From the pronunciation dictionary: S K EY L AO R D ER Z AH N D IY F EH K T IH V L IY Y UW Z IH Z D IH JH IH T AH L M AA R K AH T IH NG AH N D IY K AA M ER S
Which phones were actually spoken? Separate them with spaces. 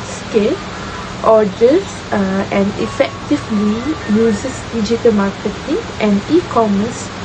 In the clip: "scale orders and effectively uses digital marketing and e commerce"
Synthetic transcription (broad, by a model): S K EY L AO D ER S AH N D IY F EH K T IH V L IY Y UW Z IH S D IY JH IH T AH L M AA K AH T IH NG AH N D IY K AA M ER S